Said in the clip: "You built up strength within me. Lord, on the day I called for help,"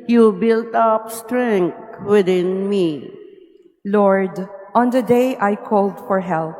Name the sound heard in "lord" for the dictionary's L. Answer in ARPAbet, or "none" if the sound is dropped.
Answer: L